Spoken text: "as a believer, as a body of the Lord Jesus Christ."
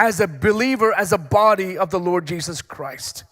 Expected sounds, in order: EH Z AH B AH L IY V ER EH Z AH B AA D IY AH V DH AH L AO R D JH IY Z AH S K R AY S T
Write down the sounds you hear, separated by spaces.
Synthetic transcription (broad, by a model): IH Z AH B AH L IY V ER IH Z AH B AA D IY AH V DH AH L AO R D JH IY Z AH S K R AY S T